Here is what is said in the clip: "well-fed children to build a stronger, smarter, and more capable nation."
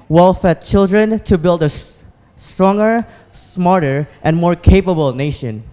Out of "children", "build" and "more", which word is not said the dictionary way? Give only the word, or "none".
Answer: none